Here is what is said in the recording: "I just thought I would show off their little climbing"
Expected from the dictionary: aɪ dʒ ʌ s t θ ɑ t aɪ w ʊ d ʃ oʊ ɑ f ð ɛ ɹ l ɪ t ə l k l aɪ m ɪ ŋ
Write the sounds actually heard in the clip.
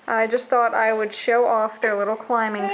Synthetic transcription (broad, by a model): aɪ dʒ ʌ s t θ ɑ t aɪ w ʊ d ʃ oʊ ɑ f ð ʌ ɹ l ɪ t l k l aɪ m ɪ ŋ